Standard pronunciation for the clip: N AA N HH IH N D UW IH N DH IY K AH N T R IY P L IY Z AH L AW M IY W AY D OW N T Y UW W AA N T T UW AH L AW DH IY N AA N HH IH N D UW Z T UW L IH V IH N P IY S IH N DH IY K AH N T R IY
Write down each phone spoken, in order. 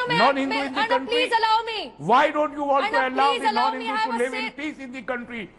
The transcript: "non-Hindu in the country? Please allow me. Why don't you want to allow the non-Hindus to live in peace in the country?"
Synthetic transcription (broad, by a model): N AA N HH IH N D UW IH N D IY K AH N T R IY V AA AH D OW N T Y UW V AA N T T UW AH L AW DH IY N AA N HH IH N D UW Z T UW L IH V IH N P IY S IH N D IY K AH N T R IY